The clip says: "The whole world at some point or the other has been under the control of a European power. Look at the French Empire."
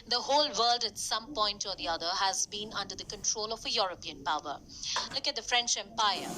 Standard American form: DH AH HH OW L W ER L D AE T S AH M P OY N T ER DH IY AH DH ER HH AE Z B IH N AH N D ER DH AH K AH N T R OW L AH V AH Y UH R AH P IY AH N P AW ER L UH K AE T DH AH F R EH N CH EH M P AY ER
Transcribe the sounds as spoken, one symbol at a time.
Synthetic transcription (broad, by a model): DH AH HH OW L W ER L D AE T S AH M P OY N T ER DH IY AH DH ER HH AE Z B IH N AH N D ER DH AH K AH N T R OW L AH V AH Y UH R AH P IY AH N P AW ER L UH K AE T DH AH F R EH N CH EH M P AY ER